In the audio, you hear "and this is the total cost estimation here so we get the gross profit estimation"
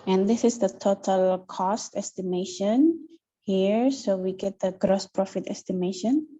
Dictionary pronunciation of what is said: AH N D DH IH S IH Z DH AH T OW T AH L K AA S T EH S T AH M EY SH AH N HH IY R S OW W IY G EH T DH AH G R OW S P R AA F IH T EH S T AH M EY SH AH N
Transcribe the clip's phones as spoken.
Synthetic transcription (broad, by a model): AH N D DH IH S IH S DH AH T OW T AH L K AA S T EH S T AH M EY SH AH N HH IY R S OW W IY G EH T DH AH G R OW S P R AA F IH T EH S T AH M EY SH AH N